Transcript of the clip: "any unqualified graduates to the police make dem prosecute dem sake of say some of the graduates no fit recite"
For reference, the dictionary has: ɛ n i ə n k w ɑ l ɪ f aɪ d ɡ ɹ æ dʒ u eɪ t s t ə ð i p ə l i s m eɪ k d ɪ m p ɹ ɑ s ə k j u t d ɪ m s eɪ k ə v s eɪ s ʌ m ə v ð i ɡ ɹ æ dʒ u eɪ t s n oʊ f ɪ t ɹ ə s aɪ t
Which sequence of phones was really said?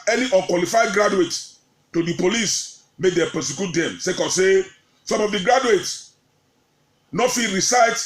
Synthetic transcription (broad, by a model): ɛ n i ə n k w ɑ l ɪ f aɪ d ɡ ɹ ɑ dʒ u eɪ t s t ə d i p ə l i s m eɪ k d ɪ p ɛ s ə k j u t d ɪ m s eɪ k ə s eɪ s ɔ m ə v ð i ɡ ɹ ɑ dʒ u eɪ t s n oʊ f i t ɹ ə s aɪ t